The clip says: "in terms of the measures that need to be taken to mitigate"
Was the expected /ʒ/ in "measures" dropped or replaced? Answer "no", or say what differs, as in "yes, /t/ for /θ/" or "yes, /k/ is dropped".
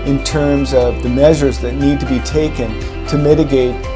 no